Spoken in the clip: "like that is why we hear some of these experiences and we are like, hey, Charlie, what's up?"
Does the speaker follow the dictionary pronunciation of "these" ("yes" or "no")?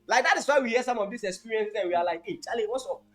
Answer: no